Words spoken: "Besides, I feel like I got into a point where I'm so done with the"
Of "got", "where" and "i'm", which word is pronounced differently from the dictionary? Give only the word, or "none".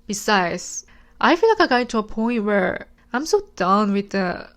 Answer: got